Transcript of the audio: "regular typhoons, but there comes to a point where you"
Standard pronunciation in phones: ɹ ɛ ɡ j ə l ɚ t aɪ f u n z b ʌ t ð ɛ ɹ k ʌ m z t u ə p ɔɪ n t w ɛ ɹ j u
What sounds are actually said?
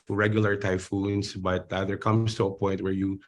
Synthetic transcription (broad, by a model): ɹ ɛ ɡ j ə l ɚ t aɪ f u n s b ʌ t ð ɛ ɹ k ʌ m s t u ə p ɔɪ n t w ɛ ɹ j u